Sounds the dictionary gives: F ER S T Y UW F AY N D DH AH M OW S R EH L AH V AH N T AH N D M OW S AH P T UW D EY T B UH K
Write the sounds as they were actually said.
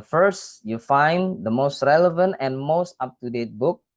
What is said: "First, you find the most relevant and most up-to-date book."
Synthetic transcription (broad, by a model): F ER S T Y UW F AY N D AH M OW S R EH L AH V AH N T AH N M OW S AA P T UW D EY T B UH K